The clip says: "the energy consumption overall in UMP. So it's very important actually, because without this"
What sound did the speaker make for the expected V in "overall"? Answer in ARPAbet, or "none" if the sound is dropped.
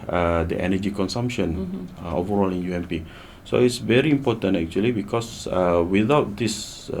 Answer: V